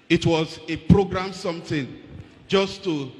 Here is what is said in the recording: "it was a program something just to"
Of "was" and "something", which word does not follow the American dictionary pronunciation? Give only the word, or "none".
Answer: something